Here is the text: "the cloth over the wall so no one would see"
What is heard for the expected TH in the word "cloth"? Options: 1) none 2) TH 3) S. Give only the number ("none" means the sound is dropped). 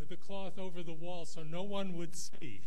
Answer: 2